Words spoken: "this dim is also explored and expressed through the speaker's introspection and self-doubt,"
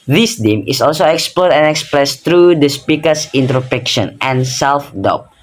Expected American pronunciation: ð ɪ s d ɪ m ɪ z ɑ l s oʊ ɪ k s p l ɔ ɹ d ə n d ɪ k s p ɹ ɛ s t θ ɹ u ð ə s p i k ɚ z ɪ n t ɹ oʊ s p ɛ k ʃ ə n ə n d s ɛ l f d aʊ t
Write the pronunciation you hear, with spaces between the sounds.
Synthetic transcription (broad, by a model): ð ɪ s d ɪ m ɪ s ɑ l s oʊ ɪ k s p l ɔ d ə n ɪ k s p ɹ ɛ s t ɹ u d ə s p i k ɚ s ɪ n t ɹ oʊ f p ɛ k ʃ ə n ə n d s ɛ l f d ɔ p